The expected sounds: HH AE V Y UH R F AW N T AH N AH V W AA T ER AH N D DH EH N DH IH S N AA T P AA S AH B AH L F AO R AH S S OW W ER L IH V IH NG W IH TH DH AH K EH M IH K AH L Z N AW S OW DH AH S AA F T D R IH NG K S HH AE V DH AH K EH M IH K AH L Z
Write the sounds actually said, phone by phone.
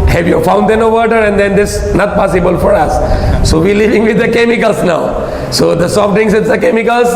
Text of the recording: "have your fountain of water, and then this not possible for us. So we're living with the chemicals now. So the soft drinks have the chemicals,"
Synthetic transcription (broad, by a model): HH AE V Y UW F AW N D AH N AH V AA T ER AH N D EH N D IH S N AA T P AA S AH B AH L F AO R AH S S OW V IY L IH V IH NG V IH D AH K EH M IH K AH L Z N AW S OW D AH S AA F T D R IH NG S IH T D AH K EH M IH K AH L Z